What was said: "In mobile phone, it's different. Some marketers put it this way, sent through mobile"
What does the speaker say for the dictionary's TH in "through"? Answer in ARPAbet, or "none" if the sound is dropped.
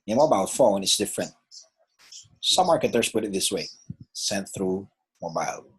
TH